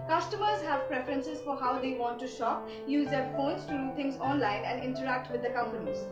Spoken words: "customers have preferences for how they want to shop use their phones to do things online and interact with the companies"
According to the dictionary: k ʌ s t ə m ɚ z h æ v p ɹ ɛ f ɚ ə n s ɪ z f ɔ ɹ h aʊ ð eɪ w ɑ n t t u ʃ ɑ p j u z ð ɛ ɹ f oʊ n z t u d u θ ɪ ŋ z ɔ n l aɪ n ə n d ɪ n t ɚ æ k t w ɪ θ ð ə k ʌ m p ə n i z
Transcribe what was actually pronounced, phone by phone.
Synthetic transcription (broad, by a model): k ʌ s t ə m ɚ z h æ v p ɹ ɛ f ɚ ə n s ɪ z f ɔ ɹ h aʊ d eɪ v ɑ n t t u ʃ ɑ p j u z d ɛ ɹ f oʊ n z t u d u t ɪ ŋ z ɔ n l aɪ n ə n d ɪ n t ɚ æ k t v ɪ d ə k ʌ m p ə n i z